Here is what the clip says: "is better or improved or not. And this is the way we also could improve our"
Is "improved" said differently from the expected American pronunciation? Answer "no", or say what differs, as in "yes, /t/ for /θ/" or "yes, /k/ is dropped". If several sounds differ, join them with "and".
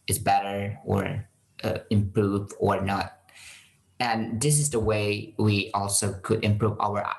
yes, /d/ is dropped